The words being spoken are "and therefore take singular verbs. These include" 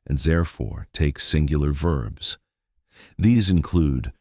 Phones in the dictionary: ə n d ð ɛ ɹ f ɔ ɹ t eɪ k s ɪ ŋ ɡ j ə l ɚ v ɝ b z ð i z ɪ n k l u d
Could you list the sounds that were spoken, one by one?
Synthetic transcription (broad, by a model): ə n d ð ɛ ɹ f ɔ ɹ t eɪ k s ɪ ŋ ɡ j l ɚ v ɝ b z ð i z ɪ n k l u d